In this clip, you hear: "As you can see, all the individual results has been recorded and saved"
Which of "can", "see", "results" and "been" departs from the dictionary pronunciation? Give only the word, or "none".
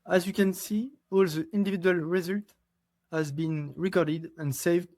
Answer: results